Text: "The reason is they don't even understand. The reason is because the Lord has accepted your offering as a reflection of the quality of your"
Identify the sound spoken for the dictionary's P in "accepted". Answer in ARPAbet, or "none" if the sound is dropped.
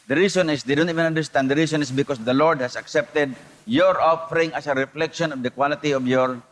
P